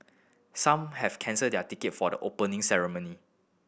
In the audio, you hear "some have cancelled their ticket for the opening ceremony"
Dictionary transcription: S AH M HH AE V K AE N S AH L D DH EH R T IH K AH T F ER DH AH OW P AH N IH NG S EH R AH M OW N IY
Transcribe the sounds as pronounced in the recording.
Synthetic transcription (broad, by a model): S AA M HH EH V K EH N S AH D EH T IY K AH T F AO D AH OW P AH N IH NG S EH R AH M OW N IY